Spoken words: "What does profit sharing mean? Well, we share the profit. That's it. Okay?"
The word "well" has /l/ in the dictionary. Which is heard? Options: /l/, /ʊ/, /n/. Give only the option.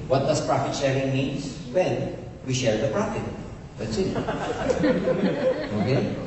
/n/